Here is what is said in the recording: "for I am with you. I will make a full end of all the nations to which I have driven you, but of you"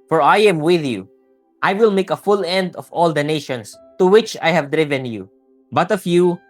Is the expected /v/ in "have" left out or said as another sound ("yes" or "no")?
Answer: no